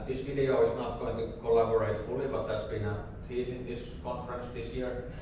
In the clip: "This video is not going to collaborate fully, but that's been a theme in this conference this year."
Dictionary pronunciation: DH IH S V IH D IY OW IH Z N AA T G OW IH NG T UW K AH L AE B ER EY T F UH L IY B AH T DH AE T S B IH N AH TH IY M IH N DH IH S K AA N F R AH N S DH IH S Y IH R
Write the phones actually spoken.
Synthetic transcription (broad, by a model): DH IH S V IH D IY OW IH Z N AA T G OW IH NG T UW K AH L AE B ER EY T F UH L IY B AH T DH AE T S B IH N AH T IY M IH N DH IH S K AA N F R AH N S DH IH S Y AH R